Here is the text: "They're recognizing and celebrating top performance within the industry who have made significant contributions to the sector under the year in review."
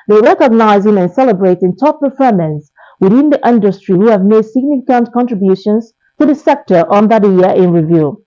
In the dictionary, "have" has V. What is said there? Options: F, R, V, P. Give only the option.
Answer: V